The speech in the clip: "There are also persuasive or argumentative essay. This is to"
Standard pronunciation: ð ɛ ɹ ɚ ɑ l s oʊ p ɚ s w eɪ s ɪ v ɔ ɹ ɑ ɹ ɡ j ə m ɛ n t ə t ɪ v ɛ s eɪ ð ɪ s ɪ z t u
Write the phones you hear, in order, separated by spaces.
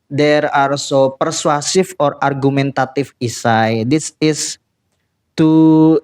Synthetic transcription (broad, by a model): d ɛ ɹ ɑ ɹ s oʊ p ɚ s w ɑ s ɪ f ɔ ɹ ɑ ɹ ɡ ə m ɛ n t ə t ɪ f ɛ s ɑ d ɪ s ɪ s t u